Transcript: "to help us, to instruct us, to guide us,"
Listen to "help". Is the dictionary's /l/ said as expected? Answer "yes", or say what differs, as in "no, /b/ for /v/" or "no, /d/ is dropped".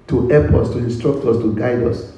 no, /l/ is dropped